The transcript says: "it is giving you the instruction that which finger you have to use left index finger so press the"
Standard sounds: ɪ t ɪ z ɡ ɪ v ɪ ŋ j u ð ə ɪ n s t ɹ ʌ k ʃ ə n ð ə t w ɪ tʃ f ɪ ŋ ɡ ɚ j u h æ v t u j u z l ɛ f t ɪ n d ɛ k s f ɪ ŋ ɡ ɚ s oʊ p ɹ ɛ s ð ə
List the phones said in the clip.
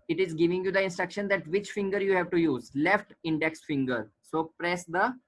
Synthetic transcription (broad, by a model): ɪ t ɪ z ɡ ɪ v ɪ ŋ j u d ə ɪ n s t ɹ ʌ k ʃ ə n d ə t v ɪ tʃ f ɪ ŋ ɡ ɚ j u h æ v t u j u z l ɛ f t ɪ n d ɛ k s f ɪ ŋ ɡ ɚ s oʊ p ɹ ɛ s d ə